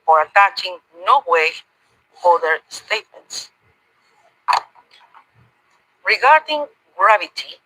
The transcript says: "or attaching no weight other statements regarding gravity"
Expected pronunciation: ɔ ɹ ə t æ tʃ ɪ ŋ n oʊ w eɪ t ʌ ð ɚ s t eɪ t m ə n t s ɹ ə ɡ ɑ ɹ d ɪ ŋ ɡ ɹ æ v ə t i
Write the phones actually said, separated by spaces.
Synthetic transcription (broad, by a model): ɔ ɹ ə t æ tʃ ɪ ŋ n oʊ w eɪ ʌ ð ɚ s t eɪ t m ə n t s ɹ ə ɡ ɑ ɹ d ɪ ŋ ɡ ɹ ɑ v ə t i